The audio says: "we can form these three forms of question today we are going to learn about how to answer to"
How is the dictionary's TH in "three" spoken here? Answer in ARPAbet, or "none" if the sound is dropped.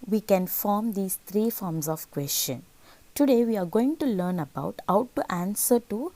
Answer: T